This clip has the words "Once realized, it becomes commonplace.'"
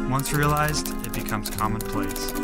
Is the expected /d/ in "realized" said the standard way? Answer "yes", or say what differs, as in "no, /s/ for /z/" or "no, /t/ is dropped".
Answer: yes